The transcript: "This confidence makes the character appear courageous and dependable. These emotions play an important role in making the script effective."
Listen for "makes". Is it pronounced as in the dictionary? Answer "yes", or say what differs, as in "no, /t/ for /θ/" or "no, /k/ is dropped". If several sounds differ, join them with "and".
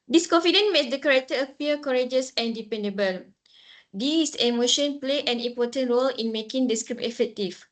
no, /k/ is dropped